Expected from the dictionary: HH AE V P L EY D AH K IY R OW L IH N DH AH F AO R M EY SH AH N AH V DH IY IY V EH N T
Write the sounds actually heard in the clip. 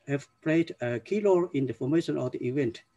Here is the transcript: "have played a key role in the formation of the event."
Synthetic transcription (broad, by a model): HH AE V P L EY D AH K IY L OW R IH N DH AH F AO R M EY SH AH N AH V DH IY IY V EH N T